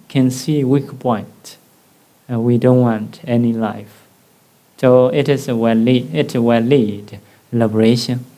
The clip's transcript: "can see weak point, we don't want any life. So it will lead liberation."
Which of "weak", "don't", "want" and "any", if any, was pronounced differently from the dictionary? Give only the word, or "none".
none